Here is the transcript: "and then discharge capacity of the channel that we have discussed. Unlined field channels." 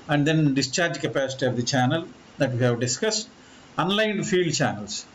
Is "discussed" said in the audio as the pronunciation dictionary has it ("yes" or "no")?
yes